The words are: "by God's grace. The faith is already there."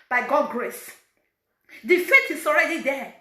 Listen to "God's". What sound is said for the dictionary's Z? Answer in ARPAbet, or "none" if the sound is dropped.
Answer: none